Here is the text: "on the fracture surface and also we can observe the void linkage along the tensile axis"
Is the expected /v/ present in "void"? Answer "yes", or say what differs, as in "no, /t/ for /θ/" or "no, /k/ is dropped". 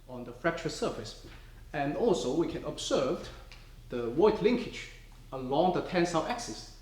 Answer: no, /w/ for /v/